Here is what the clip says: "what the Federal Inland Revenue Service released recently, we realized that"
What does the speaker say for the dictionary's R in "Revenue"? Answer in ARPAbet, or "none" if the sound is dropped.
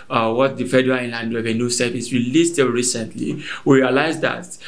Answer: W